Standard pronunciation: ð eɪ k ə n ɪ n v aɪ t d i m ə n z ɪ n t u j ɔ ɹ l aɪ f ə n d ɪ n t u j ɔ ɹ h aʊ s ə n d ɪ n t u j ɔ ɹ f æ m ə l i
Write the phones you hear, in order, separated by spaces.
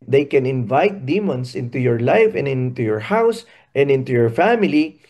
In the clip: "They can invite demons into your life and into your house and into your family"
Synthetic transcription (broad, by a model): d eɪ k ə n ɪ n v aɪ t d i m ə n s ɪ n t u j ɔ ɹ l aɪ f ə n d ɪ n t u j ɔ ɹ h aʊ s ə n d ɪ n t u j ɔ ɹ f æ m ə l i